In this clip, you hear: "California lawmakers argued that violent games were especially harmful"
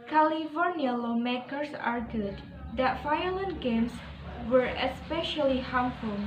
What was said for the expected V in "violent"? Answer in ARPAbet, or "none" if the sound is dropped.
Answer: F